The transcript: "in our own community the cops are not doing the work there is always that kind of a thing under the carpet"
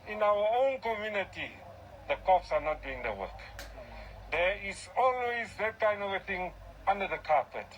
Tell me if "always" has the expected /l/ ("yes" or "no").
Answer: no